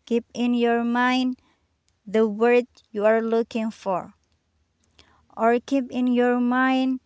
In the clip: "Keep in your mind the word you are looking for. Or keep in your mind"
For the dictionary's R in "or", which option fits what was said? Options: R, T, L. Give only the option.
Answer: R